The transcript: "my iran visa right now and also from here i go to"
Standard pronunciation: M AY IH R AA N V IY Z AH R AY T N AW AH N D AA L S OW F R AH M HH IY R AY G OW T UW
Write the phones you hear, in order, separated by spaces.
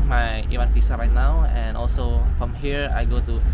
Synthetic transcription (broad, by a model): M AY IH W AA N F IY S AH R AY T N AW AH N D AA L S OW F R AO M HH IY R AY G OW T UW